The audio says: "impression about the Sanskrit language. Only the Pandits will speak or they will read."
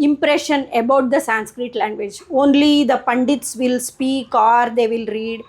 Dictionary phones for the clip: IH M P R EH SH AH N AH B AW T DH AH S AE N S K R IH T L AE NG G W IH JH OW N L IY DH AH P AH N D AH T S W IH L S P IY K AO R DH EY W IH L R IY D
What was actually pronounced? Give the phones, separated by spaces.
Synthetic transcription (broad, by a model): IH M P R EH SH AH N AH B AW T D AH S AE N S K R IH T L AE NG G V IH JH OW N L IY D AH P AH N D AH T S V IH L S P IY K AO R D EY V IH L R IY D